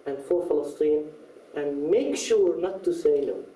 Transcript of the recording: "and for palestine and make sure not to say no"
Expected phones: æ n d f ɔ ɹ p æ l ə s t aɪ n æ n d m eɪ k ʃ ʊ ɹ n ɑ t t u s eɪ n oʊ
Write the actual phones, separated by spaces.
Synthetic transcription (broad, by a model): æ n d f ɔ ɹ f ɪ l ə s t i n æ n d m eɪ k ʃ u ɹ n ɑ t t u s eɪ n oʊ